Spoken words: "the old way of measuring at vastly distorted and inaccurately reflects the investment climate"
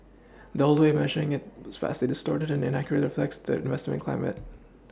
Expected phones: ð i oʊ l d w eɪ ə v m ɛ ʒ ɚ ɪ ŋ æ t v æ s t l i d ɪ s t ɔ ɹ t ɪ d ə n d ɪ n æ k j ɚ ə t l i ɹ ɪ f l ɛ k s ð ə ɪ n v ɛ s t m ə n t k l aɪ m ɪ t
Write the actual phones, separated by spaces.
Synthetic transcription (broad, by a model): ð i oʊ l d w eɪ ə m ɛ ʒ ɚ ɪ ŋ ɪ t f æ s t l i d ɪ s t ɔ ɹ t ɪ d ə n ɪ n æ k j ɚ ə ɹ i ɹ ɪ f l ɛ k s ð ə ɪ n v ɛ s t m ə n k l aɪ m ɪ t